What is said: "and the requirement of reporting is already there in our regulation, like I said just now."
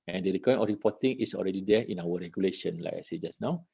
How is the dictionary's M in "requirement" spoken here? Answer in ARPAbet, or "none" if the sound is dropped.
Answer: none